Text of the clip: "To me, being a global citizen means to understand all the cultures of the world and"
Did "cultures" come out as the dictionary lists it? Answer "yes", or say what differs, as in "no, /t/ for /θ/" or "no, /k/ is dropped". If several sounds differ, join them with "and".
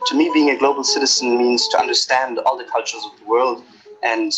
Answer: yes